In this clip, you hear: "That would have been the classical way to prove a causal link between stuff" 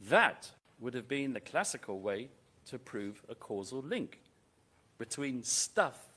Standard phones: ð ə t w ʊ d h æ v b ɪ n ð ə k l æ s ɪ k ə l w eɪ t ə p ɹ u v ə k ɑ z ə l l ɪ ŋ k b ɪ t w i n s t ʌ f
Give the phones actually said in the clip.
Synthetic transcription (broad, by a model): ð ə t w ʊ d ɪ v b ɪ n ð ə k l æ s ɪ k ə l w eɪ t ə p ɹ u v ə k ɑ z ə l l ɪ ŋ k b ɪ t w i n s t ʌ f